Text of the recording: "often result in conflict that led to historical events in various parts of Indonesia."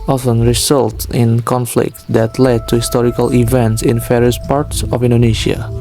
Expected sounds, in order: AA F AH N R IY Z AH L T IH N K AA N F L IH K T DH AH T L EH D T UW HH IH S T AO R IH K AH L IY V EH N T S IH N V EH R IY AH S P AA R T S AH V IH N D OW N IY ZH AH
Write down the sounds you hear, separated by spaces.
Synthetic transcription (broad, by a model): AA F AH N R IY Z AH L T IH N K AA N F L IH K T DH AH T L EH D T UW HH IH S T AO R IH K AH L IY V EH N T S IH N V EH R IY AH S P AA R T S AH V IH N D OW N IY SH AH